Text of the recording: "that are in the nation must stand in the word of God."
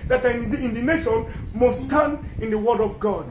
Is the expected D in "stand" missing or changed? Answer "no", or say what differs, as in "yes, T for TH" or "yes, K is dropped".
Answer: yes, D is dropped